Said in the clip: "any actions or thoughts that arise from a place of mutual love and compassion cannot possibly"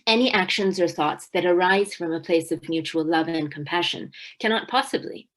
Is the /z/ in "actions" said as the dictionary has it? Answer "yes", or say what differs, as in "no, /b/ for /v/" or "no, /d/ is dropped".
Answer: yes